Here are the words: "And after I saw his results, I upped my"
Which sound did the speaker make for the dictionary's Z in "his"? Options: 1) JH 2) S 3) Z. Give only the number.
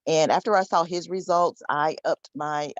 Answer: 3